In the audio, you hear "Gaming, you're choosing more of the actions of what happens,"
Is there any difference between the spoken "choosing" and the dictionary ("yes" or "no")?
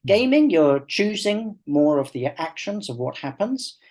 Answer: no